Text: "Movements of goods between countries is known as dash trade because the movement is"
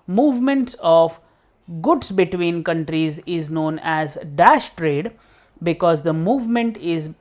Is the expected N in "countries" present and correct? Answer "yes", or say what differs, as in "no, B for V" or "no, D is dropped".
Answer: yes